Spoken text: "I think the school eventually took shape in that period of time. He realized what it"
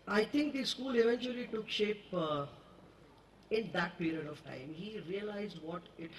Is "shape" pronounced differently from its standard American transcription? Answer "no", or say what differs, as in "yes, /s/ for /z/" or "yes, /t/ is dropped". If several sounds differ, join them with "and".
no